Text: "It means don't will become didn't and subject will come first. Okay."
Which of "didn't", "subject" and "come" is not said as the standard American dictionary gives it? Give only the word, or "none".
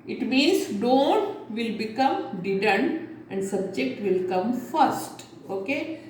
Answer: none